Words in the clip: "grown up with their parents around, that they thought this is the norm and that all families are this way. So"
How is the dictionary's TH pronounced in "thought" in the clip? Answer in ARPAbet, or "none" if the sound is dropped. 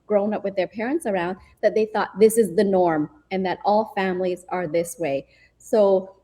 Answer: TH